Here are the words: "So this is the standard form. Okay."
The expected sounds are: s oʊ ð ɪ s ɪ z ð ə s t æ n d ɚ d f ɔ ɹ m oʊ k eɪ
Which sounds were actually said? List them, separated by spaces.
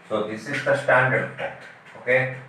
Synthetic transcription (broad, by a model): s oʊ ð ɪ s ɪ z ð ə s t æ n d ɚ d p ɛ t oʊ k eɪ